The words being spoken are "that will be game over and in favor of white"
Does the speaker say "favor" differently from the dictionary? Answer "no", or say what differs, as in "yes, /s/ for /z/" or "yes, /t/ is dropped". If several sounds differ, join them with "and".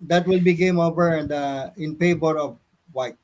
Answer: yes, /p/ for /f/ and /b/ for /v/